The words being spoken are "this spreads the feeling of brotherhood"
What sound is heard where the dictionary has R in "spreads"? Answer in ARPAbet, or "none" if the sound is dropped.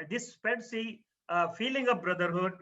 none